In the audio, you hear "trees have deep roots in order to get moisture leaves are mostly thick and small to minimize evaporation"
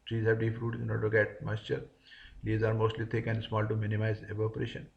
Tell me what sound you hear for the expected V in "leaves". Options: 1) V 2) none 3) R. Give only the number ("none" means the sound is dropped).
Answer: 2